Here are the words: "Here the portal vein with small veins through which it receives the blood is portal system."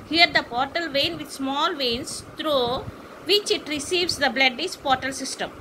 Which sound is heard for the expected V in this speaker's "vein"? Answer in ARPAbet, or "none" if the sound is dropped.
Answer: V